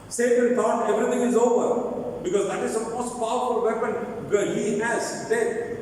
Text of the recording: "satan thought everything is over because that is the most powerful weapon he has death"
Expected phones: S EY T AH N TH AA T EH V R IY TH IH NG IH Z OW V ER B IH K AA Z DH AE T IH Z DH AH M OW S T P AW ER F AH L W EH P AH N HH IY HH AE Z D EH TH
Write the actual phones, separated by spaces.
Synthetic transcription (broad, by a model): S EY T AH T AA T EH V R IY T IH NG IH Z OW V ER B IH K AA Z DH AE T IH Z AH M OW S T P AW ER F AH L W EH P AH N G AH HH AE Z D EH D